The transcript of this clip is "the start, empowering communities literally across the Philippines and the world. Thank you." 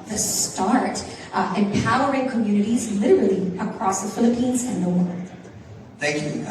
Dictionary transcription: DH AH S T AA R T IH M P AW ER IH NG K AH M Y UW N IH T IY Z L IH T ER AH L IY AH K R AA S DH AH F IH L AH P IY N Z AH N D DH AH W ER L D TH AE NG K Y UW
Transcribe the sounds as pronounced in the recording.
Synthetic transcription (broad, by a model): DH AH S T AA R T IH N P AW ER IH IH K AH M Y UW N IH T IY Z L IH T ER L IY AH K R AA S DH AH F IH L AH P IY N Z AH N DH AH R TH AE NG K Y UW